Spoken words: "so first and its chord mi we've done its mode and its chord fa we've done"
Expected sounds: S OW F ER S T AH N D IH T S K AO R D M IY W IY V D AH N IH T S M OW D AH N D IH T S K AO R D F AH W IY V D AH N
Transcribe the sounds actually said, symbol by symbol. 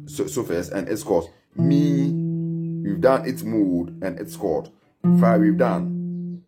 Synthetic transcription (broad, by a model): S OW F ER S AH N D IH T S K AO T M IY W IY V D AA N IH T S M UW D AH N IH T S K AO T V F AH W IY V D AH N